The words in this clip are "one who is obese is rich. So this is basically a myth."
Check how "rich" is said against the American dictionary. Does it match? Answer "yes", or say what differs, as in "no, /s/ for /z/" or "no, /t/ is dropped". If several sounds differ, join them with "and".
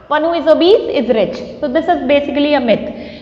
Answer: yes